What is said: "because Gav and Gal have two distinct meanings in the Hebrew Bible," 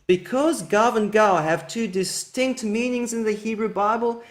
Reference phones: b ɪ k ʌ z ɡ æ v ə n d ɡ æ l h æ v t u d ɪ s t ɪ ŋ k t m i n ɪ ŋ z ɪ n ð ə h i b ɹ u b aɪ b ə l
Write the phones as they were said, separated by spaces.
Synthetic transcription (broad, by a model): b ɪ k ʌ z ɡ æ v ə n ɡ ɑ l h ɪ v t u d ɪ s t ɪ ŋ k t m i n ɪ ŋ z ɪ n ð ə h i b ɹ u b aɪ b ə l